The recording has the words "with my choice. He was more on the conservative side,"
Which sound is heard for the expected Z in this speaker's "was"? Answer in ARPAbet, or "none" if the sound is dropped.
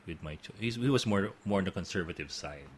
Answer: S